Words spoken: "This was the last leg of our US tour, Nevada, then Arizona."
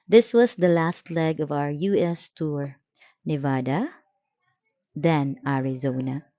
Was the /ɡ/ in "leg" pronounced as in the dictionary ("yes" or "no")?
yes